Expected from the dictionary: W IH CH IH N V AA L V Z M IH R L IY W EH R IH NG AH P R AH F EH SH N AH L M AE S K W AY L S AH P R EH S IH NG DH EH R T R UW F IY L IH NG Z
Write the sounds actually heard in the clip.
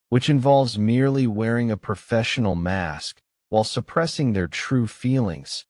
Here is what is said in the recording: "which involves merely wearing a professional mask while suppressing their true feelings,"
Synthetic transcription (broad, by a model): W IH CH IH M V AA L V Z M IH R L IY W EH R IH NG AH P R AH F EH SH N L M AE S K W AY L S AH P R EH S IH NG DH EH R T R UW F IY L IH NG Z